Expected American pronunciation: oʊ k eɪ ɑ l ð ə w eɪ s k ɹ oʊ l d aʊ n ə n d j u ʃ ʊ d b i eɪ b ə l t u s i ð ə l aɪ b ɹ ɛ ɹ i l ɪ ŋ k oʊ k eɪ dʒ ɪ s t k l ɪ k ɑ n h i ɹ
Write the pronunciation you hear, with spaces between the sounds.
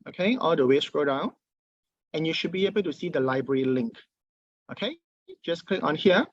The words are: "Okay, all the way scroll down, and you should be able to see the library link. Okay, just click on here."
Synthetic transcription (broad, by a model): oʊ k eɪ ɑ l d ə w eɪ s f ɹ oʊ d aʊ n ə n j u ʃ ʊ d b i eɪ b ə l t u s i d ə l aɪ b ɹ ɛ ɹ i l ɪ ŋ k oʊ k eɪ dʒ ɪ s k l ɪ k ɑ n h i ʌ